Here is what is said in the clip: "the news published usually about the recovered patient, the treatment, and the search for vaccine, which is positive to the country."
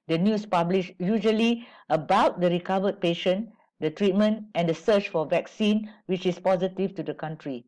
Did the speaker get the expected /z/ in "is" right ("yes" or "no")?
no